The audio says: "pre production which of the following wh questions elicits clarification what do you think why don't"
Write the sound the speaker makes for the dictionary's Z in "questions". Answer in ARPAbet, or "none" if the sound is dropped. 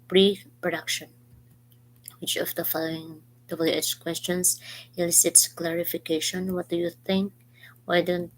S